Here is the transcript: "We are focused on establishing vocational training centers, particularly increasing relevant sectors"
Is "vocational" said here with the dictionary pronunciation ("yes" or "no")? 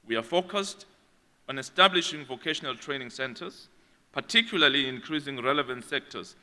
yes